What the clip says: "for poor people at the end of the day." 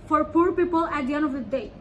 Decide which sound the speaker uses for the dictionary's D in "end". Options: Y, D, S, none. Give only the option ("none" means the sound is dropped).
none